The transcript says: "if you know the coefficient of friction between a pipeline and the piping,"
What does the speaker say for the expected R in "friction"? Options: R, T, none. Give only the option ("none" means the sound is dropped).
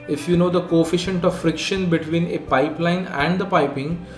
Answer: R